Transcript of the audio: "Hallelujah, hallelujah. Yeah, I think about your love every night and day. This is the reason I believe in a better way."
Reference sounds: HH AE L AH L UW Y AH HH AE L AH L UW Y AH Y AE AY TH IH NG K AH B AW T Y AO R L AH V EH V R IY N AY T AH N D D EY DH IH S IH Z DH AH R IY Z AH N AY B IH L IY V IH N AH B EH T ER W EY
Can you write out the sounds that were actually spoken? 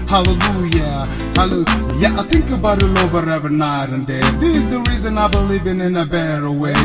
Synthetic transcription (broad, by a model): HH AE L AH L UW Y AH HH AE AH L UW Y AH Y AY TH IH NG K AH B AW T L AO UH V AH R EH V IY N AY T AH N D D EY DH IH IH Z DH AH R IY Z AH N AY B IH L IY V IH N AH B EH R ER W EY